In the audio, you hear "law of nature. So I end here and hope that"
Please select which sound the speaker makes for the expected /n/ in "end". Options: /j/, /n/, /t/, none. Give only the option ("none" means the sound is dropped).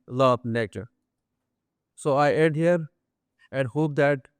none